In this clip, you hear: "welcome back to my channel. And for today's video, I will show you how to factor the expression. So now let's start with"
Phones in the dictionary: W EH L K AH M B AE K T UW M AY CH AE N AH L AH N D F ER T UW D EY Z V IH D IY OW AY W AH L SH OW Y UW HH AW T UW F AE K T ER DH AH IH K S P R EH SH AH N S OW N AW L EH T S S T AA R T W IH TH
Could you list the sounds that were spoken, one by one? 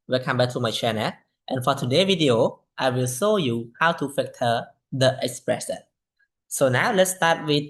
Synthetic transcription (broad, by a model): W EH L K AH M B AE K T UW M AY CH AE N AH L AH N F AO T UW D EY V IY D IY OW AY W AH L SH OW Y UW HH AW T UW F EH K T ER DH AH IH K S P R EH S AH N S OW N AW L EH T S S T AA T W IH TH